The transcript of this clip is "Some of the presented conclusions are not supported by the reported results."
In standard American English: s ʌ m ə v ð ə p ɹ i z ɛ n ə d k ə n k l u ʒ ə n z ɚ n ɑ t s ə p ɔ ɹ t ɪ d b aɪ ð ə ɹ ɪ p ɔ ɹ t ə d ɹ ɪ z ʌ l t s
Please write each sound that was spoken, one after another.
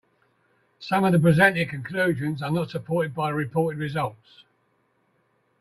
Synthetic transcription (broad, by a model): s ʌ m ə v ð ə p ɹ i z ɛ n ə k ə n k l u ʒ ə n z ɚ n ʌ t s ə p ɔ t ɪ d b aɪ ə ɹ ɪ p ɔ t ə d ɹ ɪ z ʌ l t s